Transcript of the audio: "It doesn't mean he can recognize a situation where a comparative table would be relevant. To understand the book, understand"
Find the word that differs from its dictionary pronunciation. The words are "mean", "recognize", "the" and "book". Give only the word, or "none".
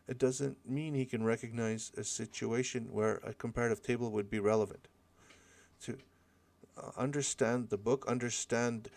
none